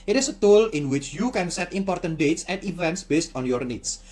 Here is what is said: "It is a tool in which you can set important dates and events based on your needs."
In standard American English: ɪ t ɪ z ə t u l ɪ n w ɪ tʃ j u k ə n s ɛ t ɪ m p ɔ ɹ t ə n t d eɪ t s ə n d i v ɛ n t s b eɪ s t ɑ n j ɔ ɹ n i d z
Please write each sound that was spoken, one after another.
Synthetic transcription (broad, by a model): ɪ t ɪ s ə t u l ɪ n w ɪ tʃ j u k ə n s ɛ t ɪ m p ɔ ɹ t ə n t d eɪ t s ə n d i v ɛ n t s b eɪ s t ɑ n j ɔ ɹ n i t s